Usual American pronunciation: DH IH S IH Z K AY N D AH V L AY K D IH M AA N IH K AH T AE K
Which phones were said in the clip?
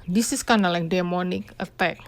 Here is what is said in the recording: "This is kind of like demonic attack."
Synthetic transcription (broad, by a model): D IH S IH S K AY N AH L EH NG D IH M AA N IH K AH T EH K